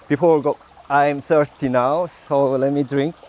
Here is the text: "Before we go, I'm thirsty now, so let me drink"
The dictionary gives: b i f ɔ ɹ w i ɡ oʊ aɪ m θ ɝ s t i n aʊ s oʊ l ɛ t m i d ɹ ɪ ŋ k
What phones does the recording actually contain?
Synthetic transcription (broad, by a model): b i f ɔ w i ɡ oʊ aɪ m s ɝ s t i n aʊ s oʊ l ɛ t m i d ɹ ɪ ŋ k